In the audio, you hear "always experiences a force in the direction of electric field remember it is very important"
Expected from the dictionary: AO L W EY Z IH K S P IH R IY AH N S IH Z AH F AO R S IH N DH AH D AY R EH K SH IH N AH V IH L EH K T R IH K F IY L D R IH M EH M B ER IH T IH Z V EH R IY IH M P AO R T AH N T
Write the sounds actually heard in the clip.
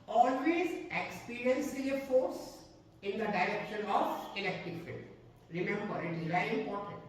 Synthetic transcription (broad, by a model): AO L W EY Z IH K S P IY R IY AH N S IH AH F AO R S IH N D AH D AY R EH K SH IH N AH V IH L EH K T IH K F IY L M R IH M EH M B ER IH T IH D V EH IY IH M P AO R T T